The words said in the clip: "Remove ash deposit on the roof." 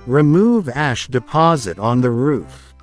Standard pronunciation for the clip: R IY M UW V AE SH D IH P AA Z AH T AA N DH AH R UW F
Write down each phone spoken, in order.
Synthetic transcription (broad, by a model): R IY M UW V AE SH D IH P AA Z AH T N DH AH R UW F